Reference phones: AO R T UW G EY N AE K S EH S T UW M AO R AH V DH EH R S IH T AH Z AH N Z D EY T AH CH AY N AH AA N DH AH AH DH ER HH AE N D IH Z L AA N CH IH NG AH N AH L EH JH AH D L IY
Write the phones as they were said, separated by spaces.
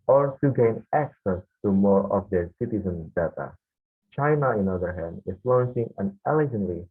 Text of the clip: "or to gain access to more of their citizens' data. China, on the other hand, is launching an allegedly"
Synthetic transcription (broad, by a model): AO R T UW G EY N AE K S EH S T UW M AO R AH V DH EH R S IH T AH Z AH N S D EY T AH CH AY N AH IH N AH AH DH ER HH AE N D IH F L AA N S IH NG AH N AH L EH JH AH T L IY